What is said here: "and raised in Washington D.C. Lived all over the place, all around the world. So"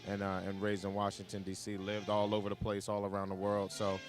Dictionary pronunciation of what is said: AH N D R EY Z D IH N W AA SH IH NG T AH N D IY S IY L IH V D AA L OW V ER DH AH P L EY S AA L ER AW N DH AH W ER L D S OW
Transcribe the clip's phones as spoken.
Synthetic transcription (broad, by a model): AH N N R EY Z IH N W AA SH IH NG T AH N D IY S IY L IH V D AA L OW V ER DH AH P L EY S AA L ER AW N DH AH W ER L D S OW